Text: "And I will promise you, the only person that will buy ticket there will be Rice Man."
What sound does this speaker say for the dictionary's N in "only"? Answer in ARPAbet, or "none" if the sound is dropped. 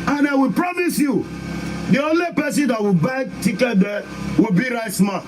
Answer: N